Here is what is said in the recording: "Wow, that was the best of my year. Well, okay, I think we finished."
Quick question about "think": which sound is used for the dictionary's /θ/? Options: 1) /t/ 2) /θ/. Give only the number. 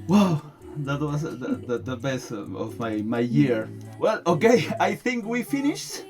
2